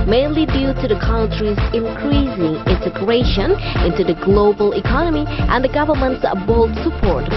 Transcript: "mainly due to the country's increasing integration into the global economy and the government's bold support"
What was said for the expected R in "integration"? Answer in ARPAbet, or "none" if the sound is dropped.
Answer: R